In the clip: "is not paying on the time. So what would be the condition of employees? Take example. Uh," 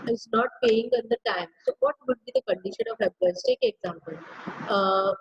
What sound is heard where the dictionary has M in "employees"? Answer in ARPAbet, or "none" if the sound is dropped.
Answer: none